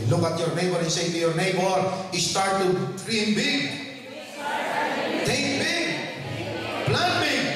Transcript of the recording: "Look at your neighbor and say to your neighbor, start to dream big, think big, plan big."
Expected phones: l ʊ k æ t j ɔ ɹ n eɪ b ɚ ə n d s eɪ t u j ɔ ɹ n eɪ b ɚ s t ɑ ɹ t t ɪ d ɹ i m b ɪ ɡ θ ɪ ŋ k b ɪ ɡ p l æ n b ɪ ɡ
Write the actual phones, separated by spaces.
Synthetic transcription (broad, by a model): l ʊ k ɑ t j ɔ ɹ n eɪ b ɚ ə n s eɪ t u j ɔ ɹ n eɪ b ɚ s t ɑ ɹ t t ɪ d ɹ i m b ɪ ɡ t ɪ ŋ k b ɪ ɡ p l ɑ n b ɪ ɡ